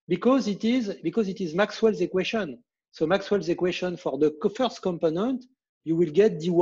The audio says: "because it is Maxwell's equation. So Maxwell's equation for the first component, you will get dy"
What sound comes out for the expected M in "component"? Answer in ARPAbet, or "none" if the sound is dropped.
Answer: M